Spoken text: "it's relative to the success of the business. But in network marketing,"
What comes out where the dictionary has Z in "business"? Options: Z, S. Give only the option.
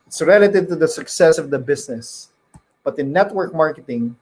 S